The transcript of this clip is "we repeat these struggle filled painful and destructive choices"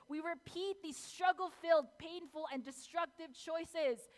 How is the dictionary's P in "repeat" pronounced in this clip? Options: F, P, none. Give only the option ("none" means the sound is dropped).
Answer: P